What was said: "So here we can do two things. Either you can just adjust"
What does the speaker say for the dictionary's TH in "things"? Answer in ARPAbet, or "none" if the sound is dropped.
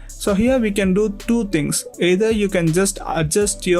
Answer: T